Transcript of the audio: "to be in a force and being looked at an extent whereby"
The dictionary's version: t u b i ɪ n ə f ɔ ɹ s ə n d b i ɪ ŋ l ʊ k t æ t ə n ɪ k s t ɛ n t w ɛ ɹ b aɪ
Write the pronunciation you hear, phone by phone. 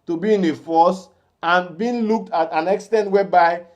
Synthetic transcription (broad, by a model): t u b i ɪ n ə f ɔ s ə n b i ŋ l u k t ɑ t ə n ɪ k s t ɛ n t w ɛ b aɪ